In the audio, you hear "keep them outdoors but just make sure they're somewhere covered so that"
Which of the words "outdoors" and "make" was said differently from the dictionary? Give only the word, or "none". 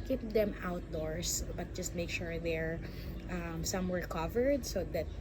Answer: outdoors